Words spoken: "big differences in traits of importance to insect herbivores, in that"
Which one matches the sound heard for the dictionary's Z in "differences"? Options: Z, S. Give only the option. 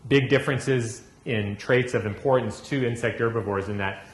Z